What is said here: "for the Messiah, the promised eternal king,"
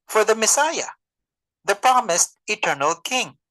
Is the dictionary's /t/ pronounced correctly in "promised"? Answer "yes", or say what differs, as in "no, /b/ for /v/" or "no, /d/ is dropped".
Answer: yes